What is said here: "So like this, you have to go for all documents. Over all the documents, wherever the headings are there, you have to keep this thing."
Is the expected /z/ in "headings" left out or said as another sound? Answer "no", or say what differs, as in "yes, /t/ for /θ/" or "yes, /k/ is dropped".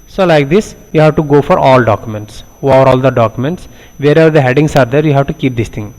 yes, /s/ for /z/